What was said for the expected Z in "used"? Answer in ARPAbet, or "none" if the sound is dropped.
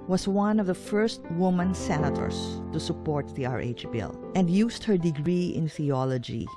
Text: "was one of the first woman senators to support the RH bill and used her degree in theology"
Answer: S